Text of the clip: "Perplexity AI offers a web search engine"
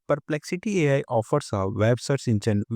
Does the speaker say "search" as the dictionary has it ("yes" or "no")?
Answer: no